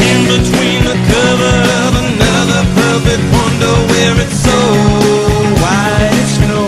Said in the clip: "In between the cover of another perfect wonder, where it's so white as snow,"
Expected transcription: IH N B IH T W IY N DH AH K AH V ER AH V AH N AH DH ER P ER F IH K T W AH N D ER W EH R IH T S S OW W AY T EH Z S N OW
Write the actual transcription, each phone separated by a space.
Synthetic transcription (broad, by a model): IH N B IH T W IY N DH AH K AH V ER AH V AH N AH DH ER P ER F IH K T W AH N D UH W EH R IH T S S OW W AY IH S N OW